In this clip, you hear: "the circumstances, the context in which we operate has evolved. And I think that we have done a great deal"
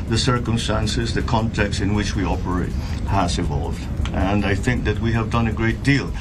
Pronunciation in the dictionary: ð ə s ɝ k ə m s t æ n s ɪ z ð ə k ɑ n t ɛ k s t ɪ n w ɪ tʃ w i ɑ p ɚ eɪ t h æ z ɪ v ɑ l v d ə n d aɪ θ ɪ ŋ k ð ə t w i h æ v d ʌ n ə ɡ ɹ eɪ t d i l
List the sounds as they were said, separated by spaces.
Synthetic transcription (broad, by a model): ð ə s ɝ k ə m s t æ n s ɪ z ð ə k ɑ n t ɛ k s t ɪ n w ɪ tʃ w i ɑ p ɚ eɪ t h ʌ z ɪ v ɑ l v d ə n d aɪ θ ɪ ŋ k ð ə t w i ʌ v d ʌ n ə ɡ ɹ eɪ t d i l